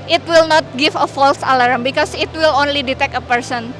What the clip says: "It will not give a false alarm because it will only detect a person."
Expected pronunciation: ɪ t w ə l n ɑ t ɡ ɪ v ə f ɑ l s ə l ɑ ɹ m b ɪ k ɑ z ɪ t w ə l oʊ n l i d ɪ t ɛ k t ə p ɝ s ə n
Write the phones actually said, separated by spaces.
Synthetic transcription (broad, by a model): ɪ t w ə l n ɑ t ɡ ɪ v ə f ɑ l s ə l ɑ ɹ m b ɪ k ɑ s ɪ t w ə l oʊ n l i d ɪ t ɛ k ə p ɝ s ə n